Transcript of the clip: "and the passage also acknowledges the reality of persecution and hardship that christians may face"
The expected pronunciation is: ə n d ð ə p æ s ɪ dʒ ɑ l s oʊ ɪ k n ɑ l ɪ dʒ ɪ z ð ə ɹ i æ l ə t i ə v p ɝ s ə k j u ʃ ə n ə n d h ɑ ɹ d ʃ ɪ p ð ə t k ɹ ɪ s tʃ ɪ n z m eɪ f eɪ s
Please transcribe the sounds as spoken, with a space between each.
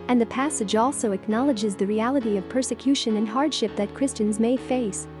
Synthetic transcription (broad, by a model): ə n ð ə p æ s ɪ dʒ ɑ l s oʊ ɪ k n ɑ l ɪ dʒ ɪ z ð ə ɹ i æ l ə t i ə v p ɝ s ə k j u ʃ ə n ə n h ɑ ɹ d ʃ ɪ p ð ə t k ɹ ɪ s tʃ ɪ n z m eɪ f eɪ s